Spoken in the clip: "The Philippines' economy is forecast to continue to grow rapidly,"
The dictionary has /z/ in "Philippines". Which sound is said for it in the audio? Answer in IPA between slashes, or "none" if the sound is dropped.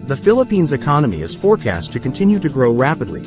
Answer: /z/